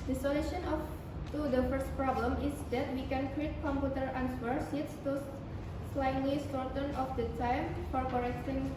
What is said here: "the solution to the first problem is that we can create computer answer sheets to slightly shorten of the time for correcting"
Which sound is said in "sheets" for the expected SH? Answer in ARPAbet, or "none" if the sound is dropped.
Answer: S